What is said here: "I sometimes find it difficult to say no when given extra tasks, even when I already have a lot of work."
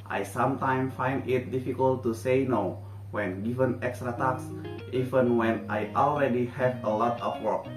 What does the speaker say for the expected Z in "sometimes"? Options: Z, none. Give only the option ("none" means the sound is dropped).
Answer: none